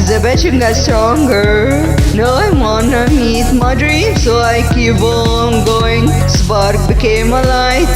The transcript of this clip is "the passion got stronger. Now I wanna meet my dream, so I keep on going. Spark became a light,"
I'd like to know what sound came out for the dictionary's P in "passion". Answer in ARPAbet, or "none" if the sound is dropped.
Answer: B